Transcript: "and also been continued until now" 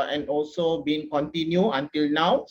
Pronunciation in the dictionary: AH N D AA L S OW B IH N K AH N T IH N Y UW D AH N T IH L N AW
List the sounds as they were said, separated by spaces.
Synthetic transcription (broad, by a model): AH N AA L S OW B IH N K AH N T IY N Y UW AH N T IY L N AW